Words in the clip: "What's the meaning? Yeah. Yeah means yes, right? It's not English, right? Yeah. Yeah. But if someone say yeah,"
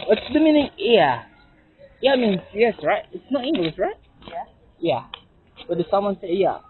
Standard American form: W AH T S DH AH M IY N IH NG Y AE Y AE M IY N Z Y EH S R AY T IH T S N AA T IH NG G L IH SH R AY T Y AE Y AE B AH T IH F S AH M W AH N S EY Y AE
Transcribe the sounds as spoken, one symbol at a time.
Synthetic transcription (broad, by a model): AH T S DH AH M IY N IH NG Y AE Y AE M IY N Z Y EH S R AY T IH T S N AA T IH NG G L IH S R AY T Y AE Y AE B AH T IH S AH M W AH N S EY Y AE